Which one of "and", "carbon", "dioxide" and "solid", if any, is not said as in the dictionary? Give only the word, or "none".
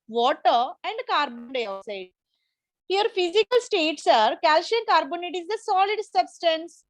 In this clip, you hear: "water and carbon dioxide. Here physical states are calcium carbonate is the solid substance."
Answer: dioxide